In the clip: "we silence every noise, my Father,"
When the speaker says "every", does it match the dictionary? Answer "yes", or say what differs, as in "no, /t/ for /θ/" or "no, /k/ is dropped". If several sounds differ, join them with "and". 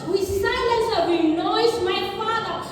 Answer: no, /v/ is dropped